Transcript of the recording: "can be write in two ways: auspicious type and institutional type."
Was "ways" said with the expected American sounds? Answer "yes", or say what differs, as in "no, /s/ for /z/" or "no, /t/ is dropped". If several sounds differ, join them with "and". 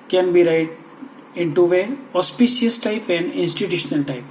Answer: no, /z/ is dropped